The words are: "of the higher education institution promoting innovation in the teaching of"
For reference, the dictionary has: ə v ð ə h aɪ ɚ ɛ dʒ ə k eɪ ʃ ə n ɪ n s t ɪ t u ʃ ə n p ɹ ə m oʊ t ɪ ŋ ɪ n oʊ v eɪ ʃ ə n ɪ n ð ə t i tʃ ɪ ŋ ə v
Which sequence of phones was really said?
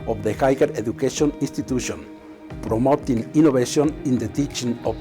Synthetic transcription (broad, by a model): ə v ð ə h aɪ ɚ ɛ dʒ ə k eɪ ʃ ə n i n s t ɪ t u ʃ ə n p ɹ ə m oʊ t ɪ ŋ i n oʊ b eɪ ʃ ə n ɪ n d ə t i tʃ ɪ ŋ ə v